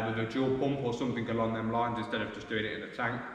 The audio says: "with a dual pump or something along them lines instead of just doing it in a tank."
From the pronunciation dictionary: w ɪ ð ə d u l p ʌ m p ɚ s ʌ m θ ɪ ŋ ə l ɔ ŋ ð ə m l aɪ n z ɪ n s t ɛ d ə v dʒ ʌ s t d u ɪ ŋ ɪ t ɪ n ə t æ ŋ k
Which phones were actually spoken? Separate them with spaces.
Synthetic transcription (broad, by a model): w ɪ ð ə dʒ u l p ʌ m p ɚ s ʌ m θ ɪ ŋ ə l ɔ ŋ ð ə m l aɪ n z ɪ n s t ɛ d ə v dʒ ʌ s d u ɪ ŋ ɪ t ɪ n ə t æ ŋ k